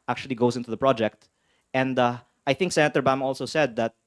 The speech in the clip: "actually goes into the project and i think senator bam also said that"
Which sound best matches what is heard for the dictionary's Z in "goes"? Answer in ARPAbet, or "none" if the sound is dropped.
S